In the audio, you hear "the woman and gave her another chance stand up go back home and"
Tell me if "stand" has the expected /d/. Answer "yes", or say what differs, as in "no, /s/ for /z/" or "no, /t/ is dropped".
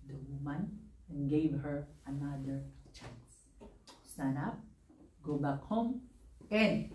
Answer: no, /d/ is dropped